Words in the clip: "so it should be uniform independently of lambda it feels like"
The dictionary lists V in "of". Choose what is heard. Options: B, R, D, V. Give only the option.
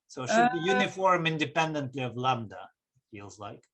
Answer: V